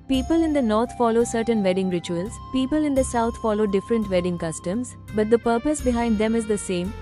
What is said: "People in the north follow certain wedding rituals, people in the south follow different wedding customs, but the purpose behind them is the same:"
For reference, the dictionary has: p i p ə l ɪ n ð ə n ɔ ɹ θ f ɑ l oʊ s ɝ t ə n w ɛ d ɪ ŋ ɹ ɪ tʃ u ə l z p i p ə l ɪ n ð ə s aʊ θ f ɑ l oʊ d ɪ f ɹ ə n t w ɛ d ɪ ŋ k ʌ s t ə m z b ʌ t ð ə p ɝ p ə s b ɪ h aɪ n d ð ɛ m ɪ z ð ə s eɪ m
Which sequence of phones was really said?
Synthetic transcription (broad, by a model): p i p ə l ɪ n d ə n ɔ ɹ t f ɑ l oʊ s ɝ t ə n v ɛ d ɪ ŋ ɹ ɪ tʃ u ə l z p i p ə l ɪ n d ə s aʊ t f ɑ l oʊ d ɪ f ɹ ə n t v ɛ d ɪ ŋ k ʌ s t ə m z b ʌ t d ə p ɝ p ə s b ɪ h aɪ n d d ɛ m ɪ z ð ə s eɪ m